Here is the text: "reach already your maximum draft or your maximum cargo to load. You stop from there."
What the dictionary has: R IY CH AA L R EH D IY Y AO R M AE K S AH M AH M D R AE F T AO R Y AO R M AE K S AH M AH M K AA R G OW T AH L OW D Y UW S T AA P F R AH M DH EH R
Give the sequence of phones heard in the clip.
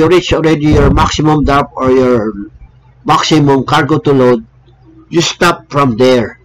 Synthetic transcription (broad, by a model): R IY CH AA L R EH D IY Y AO R M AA K S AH M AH M D AA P AO R Y AO R M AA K S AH M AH M K AA R G OW T AH L OW D Y UW S T AA P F R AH M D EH R